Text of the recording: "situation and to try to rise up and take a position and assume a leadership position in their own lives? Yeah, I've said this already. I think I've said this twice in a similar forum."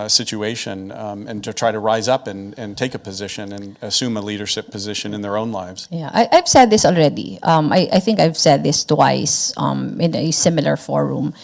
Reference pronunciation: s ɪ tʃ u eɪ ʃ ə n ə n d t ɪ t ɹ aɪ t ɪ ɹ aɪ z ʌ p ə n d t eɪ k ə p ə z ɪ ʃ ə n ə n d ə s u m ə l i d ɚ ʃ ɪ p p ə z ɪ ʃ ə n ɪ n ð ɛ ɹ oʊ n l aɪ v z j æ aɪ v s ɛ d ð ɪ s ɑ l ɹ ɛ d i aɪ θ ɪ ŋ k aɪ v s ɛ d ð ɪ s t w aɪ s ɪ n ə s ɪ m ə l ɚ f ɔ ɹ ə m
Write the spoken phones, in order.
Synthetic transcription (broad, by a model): s ɪ tʃ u eɪ ʃ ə n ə n t ɪ t ɹ aɪ t ɪ ɹ aɪ z ʌ p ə n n t eɪ k ə p ə z ɪ ʃ ə n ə n ə s u m ə l i d ɚ ʃ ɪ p p ə z ɪ ʃ ə n ɪ n ð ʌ ɹ oʊ n l aɪ v z j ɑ aɪ v s ɛ d ð ɪ s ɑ l ɹ ɛ d i aɪ θ ɪ ŋ k aɪ v s ɛ d ð ɪ s t w aɪ s ɪ n ə s ɪ m ə l ɚ f ɔ ɹ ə m